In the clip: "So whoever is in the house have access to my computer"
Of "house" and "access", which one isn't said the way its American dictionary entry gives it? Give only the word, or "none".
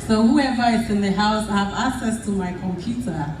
none